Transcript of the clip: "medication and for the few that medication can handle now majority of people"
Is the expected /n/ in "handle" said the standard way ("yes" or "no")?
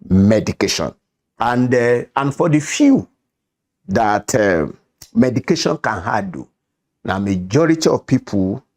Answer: no